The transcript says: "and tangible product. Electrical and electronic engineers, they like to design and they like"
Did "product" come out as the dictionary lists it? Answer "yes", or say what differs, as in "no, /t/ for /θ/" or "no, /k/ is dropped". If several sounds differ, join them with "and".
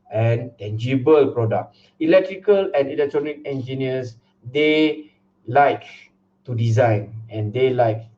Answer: no, /t/ is dropped